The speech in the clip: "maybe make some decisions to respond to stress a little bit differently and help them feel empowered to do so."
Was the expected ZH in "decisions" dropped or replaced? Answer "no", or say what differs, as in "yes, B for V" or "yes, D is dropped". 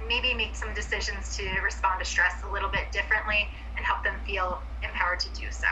no